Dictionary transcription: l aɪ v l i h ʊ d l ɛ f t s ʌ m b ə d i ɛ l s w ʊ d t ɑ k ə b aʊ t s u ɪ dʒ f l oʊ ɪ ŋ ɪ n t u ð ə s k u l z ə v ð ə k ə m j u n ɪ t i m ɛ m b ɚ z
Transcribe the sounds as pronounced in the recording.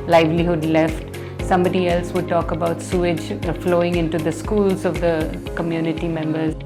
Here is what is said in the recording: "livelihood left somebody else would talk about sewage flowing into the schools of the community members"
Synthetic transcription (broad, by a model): l aɪ v l i h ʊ d l ɛ f t s ʌ m b ə d i ɛ l s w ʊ d t ɑ k ə b aʊ t s u ɪ dʒ f l oʊ ɪ ŋ ɪ n t u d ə s k u l z ə v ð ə k ə m j u n ɪ t i m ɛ m b ɚ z